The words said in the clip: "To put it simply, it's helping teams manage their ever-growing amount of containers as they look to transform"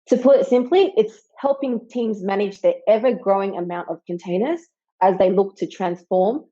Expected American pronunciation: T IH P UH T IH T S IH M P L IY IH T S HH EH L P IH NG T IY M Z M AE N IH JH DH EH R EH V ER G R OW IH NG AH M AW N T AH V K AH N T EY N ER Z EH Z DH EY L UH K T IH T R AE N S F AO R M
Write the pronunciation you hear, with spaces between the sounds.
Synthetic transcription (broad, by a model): T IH P UH T IH T S IH M P L IY IH T S HH EH L P IH NG T IY M Z M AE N IH JH DH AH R EH V ER G R OW IH NG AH M AW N T AH V K AH N T EY N ER Z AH Z DH EY L UH K T IH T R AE N S F AO R M